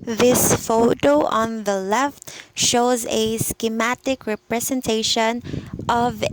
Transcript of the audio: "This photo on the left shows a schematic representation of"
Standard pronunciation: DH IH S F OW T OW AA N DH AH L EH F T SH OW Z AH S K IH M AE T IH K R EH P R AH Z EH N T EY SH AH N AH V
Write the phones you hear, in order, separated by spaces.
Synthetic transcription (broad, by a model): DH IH S F OW T OW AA N DH AH L EH F T SH OW Z AH S K IH M AE T IH K R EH P R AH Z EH N T EY SH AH N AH V